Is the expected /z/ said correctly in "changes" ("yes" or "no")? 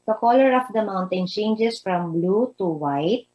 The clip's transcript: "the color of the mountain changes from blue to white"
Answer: no